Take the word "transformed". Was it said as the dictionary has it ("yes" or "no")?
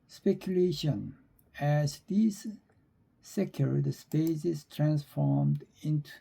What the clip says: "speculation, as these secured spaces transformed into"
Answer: yes